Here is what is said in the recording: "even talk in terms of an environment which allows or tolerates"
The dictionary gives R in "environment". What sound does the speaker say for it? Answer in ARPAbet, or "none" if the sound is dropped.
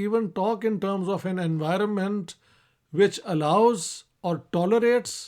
R